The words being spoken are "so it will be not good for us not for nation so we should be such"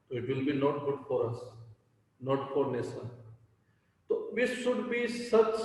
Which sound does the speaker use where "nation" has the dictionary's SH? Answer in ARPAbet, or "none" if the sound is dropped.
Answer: S